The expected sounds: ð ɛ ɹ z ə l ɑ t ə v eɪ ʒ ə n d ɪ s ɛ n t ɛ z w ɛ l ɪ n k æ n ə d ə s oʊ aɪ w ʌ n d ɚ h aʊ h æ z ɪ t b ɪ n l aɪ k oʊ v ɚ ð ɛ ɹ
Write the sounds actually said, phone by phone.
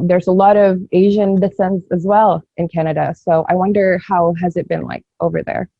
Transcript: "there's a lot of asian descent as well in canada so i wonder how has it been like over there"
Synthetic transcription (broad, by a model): ð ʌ ɹ z ə l ɑ t ə v eɪ ʒ ə n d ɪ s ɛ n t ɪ z w ɛ l ɪ n k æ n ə d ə s oʊ aɪ w ʌ n d ɚ h aʊ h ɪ z ɪ t b ɪ n l aɪ k oʊ v ɚ ð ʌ ɹ